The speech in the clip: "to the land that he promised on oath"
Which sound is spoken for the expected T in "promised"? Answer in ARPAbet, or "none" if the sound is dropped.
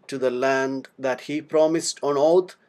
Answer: T